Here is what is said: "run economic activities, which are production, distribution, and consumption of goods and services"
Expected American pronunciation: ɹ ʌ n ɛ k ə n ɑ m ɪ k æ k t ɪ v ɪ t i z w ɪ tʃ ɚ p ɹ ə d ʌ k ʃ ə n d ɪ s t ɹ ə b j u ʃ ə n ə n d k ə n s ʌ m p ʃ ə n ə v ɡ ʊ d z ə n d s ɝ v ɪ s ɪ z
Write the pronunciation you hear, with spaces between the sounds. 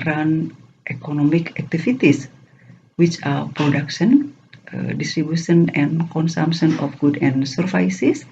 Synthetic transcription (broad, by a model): ɹ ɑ n ɛ k ə n ɑ m ɪ k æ k t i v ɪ t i s w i tʃ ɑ p ɹ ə d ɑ k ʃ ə n d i s t ɹ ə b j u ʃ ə n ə n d k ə n s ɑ m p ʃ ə n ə f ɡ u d ə n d s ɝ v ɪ s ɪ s